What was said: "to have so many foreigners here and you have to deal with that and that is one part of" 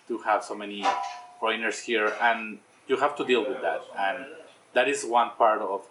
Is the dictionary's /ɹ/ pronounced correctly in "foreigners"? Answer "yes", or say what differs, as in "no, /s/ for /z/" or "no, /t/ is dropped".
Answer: no, /ɹ/ is dropped